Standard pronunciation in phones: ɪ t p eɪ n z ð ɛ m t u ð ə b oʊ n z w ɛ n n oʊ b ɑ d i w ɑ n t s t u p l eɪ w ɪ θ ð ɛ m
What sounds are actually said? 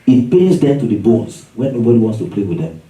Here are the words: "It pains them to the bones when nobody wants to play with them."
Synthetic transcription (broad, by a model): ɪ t p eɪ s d ɛ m t u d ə b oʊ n s w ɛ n n oʊ b ɑ d i w ɑ n t s t u p l eɪ w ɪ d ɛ m